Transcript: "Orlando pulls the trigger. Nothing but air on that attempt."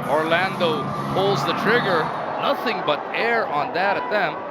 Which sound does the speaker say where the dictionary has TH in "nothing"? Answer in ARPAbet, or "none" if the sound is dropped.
TH